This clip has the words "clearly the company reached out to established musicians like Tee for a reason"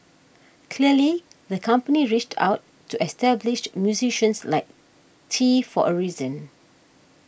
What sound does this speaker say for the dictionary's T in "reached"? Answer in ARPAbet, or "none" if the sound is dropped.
T